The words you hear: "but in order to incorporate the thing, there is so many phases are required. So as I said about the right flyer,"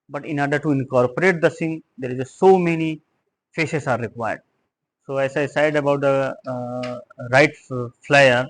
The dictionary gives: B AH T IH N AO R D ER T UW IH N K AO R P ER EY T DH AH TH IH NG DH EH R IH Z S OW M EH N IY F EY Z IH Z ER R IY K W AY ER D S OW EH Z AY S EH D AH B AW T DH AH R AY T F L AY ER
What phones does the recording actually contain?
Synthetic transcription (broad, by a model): B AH T IH N AO R D ER T UW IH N K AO R P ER EY T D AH S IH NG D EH R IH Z S OW M EH N IY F EY S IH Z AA R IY K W AY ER D S OW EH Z AY S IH D AH B AW T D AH R AY T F L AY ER